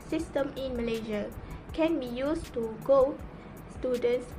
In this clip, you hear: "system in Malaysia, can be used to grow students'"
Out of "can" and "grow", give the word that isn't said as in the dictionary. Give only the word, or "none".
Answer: grow